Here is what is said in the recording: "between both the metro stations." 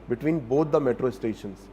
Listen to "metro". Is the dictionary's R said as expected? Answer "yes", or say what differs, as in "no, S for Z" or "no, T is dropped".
yes